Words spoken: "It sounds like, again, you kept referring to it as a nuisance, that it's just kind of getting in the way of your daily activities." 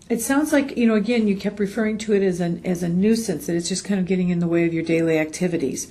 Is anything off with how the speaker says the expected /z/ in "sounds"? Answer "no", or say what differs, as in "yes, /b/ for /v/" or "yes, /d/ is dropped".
no